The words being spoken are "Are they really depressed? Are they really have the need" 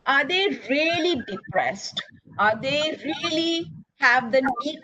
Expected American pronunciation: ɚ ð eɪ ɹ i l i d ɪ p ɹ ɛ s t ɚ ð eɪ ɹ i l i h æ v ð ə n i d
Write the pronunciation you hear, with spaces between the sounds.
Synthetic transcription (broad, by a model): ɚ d eɪ ɹ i l i d ɪ p ɹ ɛ s t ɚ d eɪ ɹ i l i h æ v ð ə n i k